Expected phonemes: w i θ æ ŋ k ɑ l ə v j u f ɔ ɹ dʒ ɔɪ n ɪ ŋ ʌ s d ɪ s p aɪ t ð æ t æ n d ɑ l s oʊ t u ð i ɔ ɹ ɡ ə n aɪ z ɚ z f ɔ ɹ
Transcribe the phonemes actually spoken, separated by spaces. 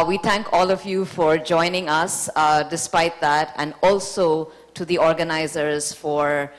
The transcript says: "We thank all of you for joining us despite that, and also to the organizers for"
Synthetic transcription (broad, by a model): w i t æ ŋ k ɑ l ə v j u f ɔ ɹ dʒ ɔɪ n ɪ ŋ ʌ s d ɪ s p aɪ t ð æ t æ n d ɑ l s oʊ t u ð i ɔ ɹ ɡ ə n aɪ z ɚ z f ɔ ɹ